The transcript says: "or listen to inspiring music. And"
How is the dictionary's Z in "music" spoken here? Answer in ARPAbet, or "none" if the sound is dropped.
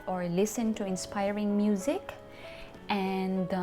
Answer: Z